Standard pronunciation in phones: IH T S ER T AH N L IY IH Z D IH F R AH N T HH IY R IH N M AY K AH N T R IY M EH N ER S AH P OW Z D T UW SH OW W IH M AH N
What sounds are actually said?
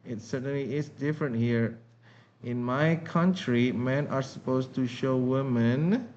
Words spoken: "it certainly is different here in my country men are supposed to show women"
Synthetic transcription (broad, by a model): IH T S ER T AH N L IY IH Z D IH F R AH N T HH IY R IH N M AY K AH N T R IY M EH N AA S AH P OW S T UW SH OW W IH M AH N